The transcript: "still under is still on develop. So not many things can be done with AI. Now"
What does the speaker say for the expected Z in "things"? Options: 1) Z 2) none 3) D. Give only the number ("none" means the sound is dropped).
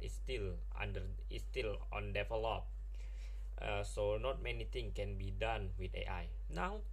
2